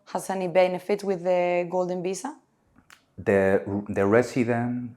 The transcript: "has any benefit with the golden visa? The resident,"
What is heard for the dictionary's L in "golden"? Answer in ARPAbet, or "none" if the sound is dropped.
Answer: L